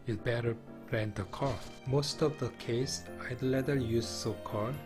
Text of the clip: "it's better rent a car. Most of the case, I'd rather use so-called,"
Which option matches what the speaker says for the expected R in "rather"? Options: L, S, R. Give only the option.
L